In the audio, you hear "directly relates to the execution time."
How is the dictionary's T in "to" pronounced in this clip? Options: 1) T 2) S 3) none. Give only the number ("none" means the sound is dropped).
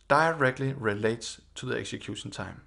2